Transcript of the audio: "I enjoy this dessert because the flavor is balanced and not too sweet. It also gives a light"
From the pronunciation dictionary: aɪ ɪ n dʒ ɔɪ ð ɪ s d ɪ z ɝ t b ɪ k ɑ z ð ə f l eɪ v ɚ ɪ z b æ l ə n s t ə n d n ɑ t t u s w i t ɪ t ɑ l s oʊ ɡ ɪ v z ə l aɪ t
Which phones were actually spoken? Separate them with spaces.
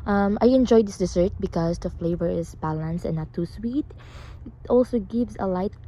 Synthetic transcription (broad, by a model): aɪ ɪ n dʒ ɔɪ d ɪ s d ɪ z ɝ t b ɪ k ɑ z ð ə f l eɪ v ɚ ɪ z b æ l ə n s t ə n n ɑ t t u s w i t ɪ t ɑ l s oʊ ɡ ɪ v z ə l aɪ t